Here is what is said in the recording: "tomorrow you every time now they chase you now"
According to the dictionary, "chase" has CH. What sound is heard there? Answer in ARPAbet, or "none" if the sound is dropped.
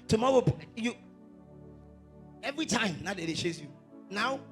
SH